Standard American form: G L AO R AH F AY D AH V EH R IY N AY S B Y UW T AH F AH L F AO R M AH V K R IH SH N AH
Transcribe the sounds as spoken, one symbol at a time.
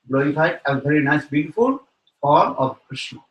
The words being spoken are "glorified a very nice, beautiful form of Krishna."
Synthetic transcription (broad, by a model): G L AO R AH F AY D AH V EH R IY N AY S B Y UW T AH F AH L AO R AH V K R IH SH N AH